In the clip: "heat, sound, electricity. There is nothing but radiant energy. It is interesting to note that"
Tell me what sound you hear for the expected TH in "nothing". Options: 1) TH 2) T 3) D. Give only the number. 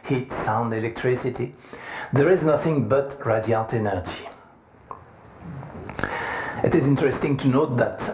1